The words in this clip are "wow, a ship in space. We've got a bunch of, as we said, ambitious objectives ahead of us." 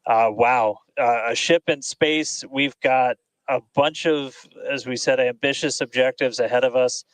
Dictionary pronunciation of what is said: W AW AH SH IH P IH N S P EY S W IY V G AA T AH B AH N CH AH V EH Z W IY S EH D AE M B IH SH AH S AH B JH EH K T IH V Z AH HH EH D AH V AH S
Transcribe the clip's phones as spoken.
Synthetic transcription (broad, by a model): W AW AH SH IH P IH N S P EY S W IY V G AA T AH B AH N CH AH V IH Z W IY S EH D AE M B IH SH AH S AH B JH EH K T IH V Z AH HH EH D AH V AH S